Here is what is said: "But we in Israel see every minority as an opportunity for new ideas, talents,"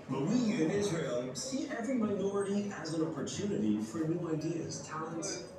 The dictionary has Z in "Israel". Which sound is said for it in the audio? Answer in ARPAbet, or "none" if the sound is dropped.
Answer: Z